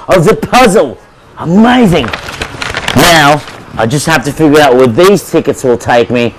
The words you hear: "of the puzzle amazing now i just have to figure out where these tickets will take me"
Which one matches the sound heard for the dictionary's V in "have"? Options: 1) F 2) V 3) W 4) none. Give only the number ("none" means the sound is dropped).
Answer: 1